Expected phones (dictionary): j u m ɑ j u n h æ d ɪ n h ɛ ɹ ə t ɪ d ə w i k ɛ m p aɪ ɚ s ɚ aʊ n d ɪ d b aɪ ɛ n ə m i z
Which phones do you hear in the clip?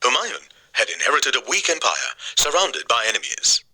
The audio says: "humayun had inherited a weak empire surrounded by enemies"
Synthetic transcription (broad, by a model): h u m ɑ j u n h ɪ d ɪ n h ɛ ɹ ə t ɪ d ə w i k ɛ m p aɪ ɚ s ɚ aʊ n d ɪ d b aɪ ɛ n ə m i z